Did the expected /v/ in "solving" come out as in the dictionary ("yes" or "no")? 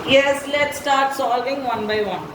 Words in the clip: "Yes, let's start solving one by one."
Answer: yes